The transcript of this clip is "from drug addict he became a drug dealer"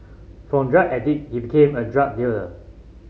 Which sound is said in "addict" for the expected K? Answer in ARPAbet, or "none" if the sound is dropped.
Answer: none